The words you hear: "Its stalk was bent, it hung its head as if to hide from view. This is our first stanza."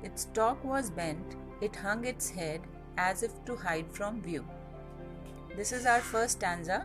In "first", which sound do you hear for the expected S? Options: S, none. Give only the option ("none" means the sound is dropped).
none